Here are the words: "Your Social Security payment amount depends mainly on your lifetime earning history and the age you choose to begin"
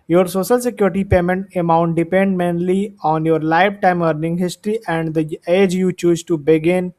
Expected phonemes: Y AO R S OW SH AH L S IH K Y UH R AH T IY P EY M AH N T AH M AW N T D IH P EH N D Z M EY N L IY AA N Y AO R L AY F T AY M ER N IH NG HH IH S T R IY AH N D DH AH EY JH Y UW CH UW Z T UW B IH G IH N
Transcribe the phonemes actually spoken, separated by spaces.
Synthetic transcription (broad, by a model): Y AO R S OW SH AH L S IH K Y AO R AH T IY P EY M AH N T AH M AW N T D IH P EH N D M EY N L IY AA N Y AO R L AY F T AY M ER N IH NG HH IH S T R IY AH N D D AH EY JH Y UW CH UW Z T UW B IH G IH N